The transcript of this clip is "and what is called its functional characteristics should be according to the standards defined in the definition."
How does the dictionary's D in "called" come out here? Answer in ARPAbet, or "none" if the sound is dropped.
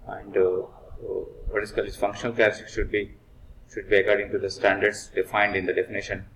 none